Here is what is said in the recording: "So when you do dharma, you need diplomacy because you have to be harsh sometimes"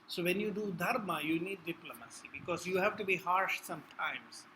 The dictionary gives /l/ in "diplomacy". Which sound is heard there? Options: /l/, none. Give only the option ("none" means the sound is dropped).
/l/